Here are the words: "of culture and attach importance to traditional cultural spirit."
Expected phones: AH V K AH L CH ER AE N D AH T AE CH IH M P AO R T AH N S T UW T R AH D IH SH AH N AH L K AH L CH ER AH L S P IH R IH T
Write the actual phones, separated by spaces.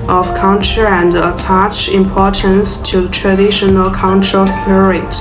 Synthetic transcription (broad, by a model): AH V K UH N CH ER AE N D AH T AE CH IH M P AO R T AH N S T UW T R AH D IH SH AH N AH L K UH N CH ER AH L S P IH R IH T